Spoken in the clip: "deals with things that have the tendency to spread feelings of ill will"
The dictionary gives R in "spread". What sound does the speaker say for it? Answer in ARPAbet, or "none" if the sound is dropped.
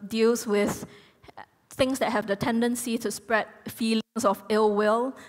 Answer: R